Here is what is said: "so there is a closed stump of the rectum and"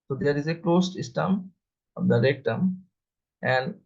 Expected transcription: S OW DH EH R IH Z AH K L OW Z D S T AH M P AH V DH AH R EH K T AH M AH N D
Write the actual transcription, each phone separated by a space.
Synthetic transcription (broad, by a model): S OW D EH R IH Z AH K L OW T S S T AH M AH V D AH R EH K T AH M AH N D